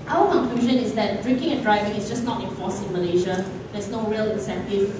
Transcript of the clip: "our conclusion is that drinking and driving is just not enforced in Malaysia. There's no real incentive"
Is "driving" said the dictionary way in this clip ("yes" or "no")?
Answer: yes